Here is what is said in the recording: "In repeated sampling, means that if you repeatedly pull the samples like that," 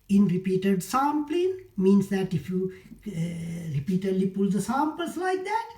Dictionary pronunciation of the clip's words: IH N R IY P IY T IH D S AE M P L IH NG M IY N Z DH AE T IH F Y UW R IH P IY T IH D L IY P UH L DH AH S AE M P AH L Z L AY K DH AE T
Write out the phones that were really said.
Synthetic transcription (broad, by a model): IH N R IY P IY T IH D S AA M P L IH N M IY N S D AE T IH F Y UW R IH P IY T IH D L IY P UH L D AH S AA M P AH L S L AY K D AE T